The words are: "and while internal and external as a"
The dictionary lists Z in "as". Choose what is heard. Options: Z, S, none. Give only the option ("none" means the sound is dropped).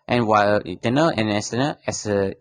S